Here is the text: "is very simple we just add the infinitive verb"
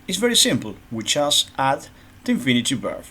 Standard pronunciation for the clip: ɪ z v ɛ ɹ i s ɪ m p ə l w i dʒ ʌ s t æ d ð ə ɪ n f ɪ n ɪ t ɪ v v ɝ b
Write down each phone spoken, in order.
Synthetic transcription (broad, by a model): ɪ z v ɛ ɹ i s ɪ m p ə l w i tʃ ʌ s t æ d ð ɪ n f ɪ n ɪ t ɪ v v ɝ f